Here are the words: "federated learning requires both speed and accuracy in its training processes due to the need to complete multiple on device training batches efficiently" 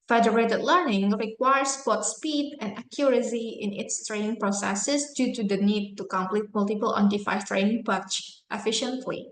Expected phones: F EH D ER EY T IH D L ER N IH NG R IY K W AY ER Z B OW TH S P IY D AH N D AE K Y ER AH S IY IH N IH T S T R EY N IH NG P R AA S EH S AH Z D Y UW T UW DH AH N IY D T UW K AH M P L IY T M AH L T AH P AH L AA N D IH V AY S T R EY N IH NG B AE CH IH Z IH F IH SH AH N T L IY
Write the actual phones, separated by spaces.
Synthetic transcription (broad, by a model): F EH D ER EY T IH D L ER N IH NG R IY K W AY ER S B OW T S P IY D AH N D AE K Y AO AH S IY IH N IH T S T R EY N IH NG P R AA S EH S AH S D Y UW T UW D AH N IY D T UW K AH M P L IY T M AH L T AH P AH L AA N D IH F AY T R EY N IH NG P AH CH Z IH F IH SH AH N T L IY